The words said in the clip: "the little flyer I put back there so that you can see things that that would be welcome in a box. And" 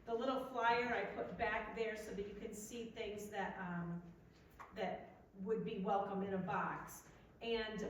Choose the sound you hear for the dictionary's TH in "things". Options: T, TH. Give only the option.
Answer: TH